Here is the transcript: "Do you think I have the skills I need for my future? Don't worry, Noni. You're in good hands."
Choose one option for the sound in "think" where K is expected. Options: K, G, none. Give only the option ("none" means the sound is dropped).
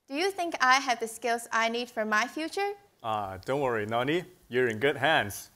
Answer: K